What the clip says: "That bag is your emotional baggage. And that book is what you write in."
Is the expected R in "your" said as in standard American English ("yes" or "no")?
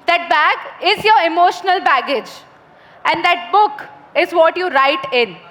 yes